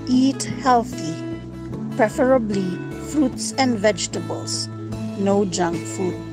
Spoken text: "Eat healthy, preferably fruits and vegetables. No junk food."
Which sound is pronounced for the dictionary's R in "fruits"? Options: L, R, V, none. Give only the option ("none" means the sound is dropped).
R